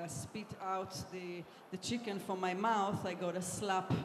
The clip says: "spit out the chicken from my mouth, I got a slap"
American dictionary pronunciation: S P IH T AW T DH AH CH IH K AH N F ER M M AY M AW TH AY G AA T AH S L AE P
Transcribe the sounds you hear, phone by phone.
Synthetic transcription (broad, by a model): S P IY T AW T DH AH CH IH K AH N F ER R M AY M AW TH AY G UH T AH S L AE P